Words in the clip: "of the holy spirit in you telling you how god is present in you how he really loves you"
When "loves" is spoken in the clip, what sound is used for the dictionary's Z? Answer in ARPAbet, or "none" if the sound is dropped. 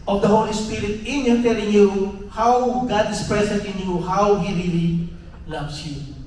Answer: S